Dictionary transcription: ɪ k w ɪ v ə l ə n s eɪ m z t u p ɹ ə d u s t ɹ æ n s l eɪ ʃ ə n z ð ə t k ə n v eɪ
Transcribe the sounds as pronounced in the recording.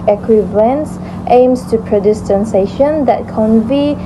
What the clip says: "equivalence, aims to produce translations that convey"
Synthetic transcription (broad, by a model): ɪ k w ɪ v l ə n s eɪ m s t u p ɹ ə d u s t æ n s eɪ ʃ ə n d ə t k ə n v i